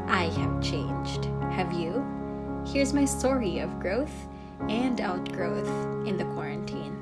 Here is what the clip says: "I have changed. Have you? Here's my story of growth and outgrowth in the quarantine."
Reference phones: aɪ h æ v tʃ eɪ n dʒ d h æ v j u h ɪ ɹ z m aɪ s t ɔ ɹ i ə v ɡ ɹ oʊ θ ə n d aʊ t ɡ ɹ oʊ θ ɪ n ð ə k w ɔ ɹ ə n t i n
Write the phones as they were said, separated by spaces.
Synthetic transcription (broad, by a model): aɪ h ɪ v tʃ eɪ n dʒ d h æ v j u h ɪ ɹ z m aɪ s t ɔ ɹ i ə v ɡ ɹ oʊ θ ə n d aʊ t ɡ ɹ oʊ θ ɪ n ð ə k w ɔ ɹ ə n t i n